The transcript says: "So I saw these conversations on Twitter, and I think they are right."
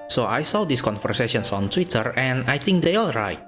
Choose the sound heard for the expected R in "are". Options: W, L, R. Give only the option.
L